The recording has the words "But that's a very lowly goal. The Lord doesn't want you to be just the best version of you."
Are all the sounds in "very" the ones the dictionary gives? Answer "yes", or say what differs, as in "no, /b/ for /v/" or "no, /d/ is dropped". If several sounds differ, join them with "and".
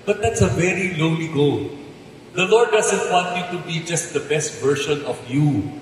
yes